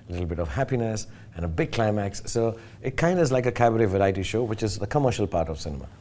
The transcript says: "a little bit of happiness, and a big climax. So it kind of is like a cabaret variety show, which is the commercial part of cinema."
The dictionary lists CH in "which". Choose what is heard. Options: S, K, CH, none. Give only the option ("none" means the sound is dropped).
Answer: CH